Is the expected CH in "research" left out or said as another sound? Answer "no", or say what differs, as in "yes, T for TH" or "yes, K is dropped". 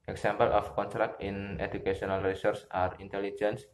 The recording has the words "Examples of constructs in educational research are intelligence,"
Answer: yes, S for CH